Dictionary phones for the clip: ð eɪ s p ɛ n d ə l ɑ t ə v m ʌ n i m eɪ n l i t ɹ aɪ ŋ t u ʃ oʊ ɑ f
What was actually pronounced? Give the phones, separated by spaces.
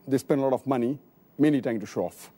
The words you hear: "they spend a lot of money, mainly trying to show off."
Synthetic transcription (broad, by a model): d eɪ s p ɛ n d ə l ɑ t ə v m ʌ n i m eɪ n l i t aɪ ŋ t u ʃ oʊ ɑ f